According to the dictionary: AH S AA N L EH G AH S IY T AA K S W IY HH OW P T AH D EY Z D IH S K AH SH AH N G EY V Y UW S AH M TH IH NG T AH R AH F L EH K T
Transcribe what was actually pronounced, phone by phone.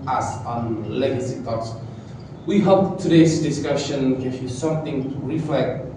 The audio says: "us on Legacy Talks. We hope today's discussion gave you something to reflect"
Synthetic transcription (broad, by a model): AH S AA N L EH G AH S IY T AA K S W IY HH OW P T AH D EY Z D IH S K AH SH AH N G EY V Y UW S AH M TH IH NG R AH F L EH K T